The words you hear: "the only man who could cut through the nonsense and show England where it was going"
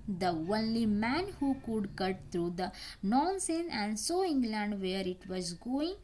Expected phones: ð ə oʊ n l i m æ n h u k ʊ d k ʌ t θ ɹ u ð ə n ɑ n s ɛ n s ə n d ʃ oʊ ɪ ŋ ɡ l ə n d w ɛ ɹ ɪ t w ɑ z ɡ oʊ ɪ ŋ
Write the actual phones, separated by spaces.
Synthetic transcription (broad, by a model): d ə oʊ n l i m æ n h u k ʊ d k ʌ t t ɹ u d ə n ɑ n s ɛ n ə n d s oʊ ɪ ŋ ɡ l ə n d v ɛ ɹ ɪ t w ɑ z ɡ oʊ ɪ ŋ